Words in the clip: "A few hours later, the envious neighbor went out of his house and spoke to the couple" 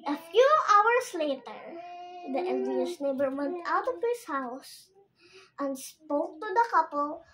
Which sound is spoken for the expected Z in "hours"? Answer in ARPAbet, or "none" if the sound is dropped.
S